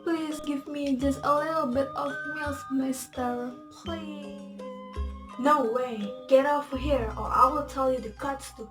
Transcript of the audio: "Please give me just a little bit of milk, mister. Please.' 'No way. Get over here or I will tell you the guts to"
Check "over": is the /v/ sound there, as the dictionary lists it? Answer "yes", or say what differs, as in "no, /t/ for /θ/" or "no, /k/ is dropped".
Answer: no, /f/ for /v/